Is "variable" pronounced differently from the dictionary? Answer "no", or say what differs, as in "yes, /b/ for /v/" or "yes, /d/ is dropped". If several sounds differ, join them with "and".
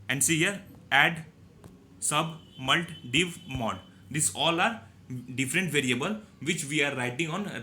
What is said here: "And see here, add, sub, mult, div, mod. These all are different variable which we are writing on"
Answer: no